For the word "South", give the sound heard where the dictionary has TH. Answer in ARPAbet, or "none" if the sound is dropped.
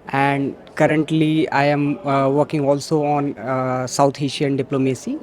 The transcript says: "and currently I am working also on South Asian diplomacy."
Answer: T